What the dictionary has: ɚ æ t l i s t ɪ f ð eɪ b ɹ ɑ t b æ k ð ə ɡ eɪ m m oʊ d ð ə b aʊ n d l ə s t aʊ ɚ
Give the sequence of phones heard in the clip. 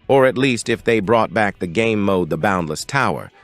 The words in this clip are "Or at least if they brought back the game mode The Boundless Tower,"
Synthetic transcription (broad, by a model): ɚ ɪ t l i s t ɪ f ð eɪ b ɹ ɑ t b æ k ð ə ɡ eɪ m m oʊ d ð ə b aʊ n d l ə s t aʊ ɚ